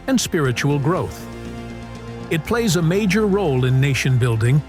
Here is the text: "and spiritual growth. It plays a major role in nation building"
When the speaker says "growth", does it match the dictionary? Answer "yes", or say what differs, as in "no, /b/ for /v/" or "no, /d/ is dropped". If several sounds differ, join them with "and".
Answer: yes